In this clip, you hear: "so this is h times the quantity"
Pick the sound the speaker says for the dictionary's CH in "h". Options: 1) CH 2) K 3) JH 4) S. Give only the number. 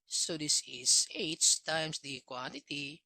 4